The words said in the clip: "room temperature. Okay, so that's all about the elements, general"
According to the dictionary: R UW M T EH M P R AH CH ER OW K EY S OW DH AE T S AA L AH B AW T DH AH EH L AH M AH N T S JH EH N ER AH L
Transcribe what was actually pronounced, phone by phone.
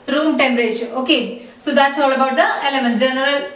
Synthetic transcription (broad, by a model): R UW M T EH M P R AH SH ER OW K EY S OW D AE T S AA L AH B AW T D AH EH L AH M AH N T JH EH N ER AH L